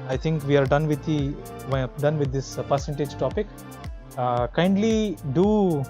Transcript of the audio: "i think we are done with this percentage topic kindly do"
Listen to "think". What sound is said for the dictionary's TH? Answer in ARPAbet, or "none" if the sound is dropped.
T